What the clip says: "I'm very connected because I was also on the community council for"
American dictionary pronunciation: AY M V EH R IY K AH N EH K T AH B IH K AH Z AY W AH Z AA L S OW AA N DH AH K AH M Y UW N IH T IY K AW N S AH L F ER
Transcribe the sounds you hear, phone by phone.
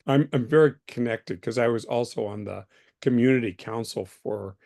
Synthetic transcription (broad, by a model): AY M V EH R IY K AH N EH K T AH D K AH Z AY W AH Z AA L S OW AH N DH AH K AH M Y UW N IH T IY K AW N S L F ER